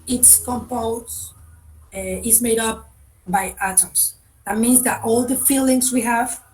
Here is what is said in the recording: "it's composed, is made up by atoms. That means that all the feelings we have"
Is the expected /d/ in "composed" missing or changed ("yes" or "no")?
yes